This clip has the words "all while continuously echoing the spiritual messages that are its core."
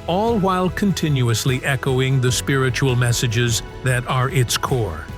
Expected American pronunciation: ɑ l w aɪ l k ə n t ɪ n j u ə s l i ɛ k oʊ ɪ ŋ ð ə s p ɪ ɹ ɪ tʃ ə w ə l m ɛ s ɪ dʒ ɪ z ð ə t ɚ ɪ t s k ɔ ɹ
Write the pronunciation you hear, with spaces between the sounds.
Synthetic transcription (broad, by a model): ɑ l w aɪ l k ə n t ɪ n j u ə s l i ɛ k oʊ ɪ ŋ ð ə s p ɪ ɹ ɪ tʃ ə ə l m ɛ s ɪ dʒ ɪ z ð ə t ɚ ɪ t s k ɔ ɹ